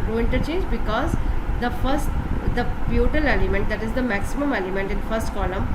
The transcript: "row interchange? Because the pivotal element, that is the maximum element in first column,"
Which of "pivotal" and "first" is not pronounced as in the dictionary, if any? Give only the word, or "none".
pivotal